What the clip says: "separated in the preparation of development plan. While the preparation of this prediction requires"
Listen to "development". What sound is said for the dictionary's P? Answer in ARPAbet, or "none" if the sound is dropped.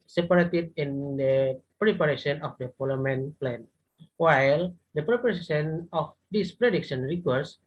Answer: none